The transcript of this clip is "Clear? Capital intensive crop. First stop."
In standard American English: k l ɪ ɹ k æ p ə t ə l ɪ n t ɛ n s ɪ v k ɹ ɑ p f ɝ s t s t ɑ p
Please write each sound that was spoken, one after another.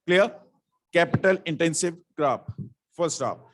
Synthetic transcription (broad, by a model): k l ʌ ɹ k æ p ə t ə l ɪ n t ɛ n s ɪ v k ɹ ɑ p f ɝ t s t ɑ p